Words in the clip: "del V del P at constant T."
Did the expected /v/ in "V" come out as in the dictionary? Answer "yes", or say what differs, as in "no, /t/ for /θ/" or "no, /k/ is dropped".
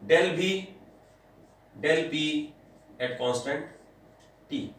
no, /b/ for /v/